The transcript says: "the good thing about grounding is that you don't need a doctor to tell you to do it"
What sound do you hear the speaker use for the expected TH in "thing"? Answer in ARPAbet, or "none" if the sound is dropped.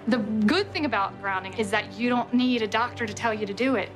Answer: TH